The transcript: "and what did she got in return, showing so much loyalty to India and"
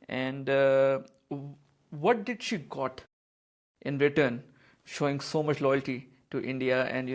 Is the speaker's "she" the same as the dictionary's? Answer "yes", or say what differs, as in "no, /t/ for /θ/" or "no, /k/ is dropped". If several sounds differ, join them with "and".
yes